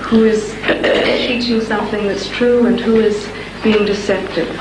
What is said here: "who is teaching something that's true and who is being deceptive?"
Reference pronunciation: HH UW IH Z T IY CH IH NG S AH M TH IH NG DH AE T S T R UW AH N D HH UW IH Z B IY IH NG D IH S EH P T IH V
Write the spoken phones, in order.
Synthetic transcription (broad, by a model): HH UW IH Z T IY CH IH NG S AH M TH IH NG DH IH T S T R UW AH N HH UW IH Z B IY IH NG D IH S EH P T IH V